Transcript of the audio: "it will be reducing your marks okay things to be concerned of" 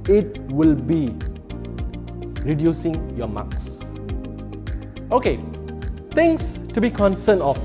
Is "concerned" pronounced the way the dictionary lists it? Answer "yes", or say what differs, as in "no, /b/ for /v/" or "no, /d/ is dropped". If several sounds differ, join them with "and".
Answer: no, /d/ is dropped